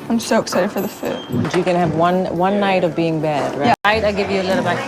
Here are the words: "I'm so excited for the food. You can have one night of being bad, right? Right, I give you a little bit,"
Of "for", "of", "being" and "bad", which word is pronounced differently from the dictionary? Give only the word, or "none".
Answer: none